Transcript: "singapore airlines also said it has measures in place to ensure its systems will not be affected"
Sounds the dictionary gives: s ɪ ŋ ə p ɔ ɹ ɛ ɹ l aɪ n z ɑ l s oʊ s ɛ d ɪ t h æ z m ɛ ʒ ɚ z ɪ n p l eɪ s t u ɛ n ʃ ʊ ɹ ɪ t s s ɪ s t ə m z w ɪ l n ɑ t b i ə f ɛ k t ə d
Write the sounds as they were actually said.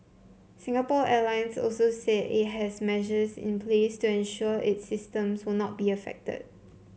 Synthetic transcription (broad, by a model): s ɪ ŋ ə p ɔ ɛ l aɪ n s ɑ l s oʊ s ɛ ɪ t h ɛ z m ɛ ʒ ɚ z ɪ n p l eɪ s t u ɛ n ʃ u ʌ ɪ t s s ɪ s t ə m s w ɪ l n ɑ t b i ə f ɛ k t ə d